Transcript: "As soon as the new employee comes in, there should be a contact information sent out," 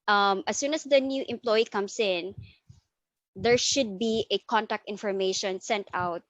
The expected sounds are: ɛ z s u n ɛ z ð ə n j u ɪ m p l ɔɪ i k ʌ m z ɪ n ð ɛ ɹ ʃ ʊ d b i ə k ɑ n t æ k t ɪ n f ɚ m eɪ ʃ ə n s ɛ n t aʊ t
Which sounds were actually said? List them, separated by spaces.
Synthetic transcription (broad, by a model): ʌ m s u n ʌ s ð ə n j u ɪ m p l ɔɪ i k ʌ m s ɪ n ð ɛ ɹ ʃ ʊ d b i ə k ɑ n t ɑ k t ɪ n f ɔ m eɪ ʃ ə n s ɛ n t aʊ t